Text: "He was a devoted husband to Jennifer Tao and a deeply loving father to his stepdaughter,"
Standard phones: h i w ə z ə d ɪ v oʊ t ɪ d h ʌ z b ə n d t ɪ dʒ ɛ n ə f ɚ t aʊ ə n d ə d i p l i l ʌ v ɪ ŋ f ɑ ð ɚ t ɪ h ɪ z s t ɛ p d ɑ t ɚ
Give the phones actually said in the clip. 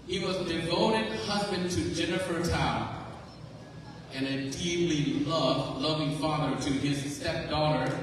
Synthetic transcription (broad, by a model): h i w ə z d ɪ v oʊ t ɪ d h ʌ z b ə n t ɪ dʒ ɛ n ə f ɚ t aʊ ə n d ə d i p l i l ʌ v ɪ ŋ f ɑ ð ɚ t ɪ ɪ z s t ɛ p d ɑ t ɚ